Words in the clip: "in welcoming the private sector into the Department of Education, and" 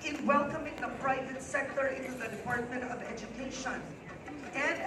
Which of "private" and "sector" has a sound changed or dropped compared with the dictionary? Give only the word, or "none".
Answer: none